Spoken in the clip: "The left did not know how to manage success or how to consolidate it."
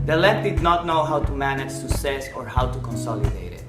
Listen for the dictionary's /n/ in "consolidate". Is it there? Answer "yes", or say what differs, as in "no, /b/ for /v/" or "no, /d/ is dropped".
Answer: yes